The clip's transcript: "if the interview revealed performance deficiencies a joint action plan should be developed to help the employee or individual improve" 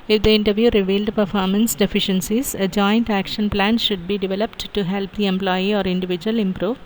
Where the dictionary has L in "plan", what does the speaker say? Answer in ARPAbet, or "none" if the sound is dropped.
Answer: L